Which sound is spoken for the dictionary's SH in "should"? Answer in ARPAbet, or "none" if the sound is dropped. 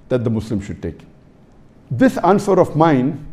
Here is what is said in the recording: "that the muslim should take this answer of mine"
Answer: SH